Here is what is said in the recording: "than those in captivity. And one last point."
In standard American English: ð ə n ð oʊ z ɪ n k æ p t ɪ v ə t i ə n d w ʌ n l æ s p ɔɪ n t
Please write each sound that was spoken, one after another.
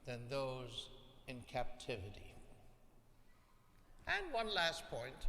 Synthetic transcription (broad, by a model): ð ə n ð oʊ z ɪ n k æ p t ɪ v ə t i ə n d w ʌ n l æ s p ɔɪ n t